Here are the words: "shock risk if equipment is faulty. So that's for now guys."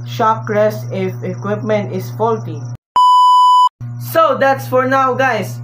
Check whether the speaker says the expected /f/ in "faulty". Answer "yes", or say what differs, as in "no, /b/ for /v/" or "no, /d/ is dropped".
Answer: yes